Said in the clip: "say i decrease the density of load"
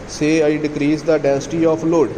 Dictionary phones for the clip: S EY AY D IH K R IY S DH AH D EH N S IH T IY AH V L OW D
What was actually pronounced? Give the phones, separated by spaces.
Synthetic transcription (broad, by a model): S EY AY D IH K R IY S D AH D EH N S IH T IY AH P L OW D